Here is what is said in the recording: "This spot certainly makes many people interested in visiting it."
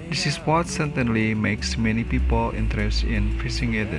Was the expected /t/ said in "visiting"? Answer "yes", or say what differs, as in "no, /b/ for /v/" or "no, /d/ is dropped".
no, /s/ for /t/